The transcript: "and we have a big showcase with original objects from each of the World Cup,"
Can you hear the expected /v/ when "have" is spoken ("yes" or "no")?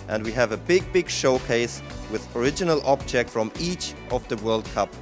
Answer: no